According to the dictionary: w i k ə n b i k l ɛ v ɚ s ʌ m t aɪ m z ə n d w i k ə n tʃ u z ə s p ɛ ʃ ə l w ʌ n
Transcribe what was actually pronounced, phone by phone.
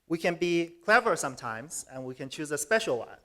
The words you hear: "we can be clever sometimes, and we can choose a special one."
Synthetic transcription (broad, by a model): w i k ə n b i k l ɛ v ɚ s ʌ m t aɪ m z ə n w i k ə n tʃ u z ə s p ɛ ʃ l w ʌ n